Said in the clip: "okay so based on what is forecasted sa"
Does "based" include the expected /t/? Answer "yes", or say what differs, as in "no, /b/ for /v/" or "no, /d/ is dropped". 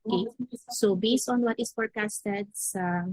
yes